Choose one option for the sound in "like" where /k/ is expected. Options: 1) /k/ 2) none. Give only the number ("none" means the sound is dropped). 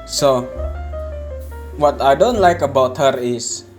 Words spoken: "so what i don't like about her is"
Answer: 1